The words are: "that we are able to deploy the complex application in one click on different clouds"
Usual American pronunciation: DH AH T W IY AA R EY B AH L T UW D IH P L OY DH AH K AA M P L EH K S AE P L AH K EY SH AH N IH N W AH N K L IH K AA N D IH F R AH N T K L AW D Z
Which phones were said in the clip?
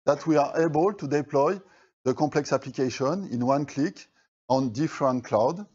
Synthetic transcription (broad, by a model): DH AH T W IY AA R EY B AH L T UW D IH P L OY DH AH K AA P L EH K S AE P L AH K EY SH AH N IH N W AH N K L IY K AA N D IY F R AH N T K L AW D